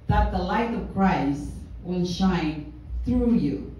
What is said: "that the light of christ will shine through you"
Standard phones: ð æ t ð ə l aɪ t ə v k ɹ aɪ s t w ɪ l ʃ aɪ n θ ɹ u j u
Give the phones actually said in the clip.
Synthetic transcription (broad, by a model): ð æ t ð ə l aɪ t ə v k ɹ aɪ s t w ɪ n ʃ aɪ n θ ɹ u j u